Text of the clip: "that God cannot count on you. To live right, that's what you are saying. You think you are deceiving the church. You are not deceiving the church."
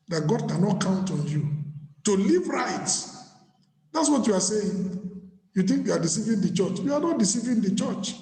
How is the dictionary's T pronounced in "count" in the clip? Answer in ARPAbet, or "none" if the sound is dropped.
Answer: T